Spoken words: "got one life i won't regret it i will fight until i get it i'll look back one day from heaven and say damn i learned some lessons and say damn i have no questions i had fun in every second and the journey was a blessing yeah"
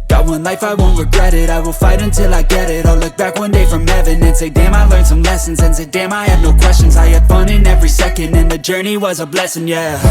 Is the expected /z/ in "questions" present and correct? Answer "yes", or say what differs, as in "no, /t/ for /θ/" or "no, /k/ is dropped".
yes